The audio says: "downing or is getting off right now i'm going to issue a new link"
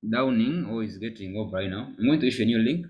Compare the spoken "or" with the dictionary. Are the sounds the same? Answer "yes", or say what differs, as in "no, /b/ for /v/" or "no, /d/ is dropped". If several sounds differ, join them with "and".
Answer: no, /l/ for /ɹ/